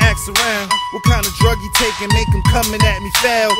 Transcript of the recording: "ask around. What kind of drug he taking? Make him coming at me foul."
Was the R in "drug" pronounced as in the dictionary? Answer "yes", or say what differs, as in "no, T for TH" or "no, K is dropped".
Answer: yes